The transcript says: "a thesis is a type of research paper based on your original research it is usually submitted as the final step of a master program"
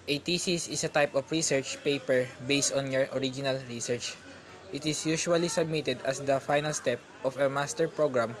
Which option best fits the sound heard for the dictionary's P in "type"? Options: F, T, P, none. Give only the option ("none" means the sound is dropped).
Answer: P